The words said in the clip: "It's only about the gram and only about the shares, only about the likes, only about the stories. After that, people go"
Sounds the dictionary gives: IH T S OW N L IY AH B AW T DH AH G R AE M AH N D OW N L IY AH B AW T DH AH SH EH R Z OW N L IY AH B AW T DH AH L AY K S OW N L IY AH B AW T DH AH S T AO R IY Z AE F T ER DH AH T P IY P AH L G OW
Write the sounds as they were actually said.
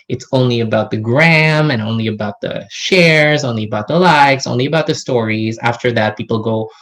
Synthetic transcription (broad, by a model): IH T S OW N L IY AH B AW T DH AH G R AE M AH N OW N L IY AH B AW T DH AH SH EH R Z OW N L IY AH B AW T DH AH L AY K S OW N L IY AH B AW T DH AH S T AO R IY Z AE F T ER DH AH T P IY P L G OW